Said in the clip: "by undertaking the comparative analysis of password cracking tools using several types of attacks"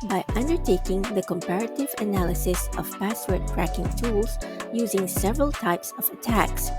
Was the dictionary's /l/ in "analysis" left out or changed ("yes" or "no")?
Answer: no